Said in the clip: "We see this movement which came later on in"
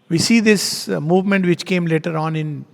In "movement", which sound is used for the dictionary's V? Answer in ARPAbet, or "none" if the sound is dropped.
V